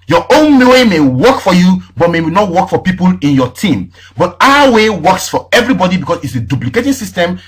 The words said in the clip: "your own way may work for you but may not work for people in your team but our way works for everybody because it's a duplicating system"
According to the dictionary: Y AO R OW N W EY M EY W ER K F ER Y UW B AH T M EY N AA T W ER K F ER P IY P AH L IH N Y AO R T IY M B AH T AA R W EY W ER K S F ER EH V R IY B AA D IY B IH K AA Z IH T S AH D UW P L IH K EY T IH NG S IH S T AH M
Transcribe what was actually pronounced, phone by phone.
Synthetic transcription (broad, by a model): Y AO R OW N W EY M EY W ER K F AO Y UW B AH T M EY N AA T W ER K F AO P IY P AH L IH N Y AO T IY M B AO T AA W EY W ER K S F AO EH V R IY B AA D IY B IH K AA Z IH T S AH D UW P L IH K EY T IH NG S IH S T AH M